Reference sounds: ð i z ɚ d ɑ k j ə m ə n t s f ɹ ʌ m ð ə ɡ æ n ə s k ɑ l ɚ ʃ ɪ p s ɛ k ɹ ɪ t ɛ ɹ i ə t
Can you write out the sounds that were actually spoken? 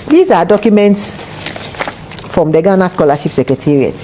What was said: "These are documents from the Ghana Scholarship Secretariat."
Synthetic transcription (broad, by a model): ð i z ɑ d ɑ k j ə m ə n t s f ɹ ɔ m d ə ɡ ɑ n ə s k ɑ l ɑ ʃ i p s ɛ k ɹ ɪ t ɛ ɹ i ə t